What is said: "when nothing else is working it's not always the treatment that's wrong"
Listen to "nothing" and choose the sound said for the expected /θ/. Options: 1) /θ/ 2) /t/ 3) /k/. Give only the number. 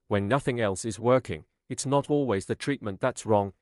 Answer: 1